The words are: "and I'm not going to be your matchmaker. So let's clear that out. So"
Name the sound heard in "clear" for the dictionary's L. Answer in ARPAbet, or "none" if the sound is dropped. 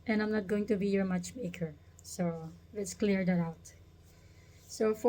L